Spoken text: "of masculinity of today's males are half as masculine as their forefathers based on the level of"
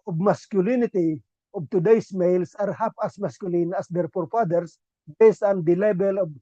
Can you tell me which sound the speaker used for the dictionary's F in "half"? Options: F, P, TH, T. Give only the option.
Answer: P